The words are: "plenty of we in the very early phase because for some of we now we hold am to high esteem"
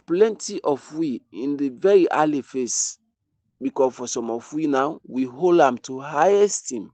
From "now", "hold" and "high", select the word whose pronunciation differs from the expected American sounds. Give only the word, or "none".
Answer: none